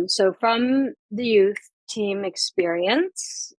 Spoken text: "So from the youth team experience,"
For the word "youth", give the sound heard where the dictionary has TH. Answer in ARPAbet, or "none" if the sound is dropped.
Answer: TH